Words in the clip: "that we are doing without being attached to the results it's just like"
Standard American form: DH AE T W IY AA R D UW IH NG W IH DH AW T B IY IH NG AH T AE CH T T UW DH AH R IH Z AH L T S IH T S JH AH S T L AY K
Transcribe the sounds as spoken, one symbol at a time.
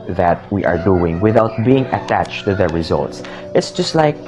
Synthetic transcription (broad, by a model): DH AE T W IY AA R D UW IH NG W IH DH AW T B IY IH NG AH T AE CH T T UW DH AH R IH Z AH L T S IH T S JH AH S T L AY K